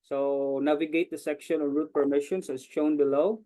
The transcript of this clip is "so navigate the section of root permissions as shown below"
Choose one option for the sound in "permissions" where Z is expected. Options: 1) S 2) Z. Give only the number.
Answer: 1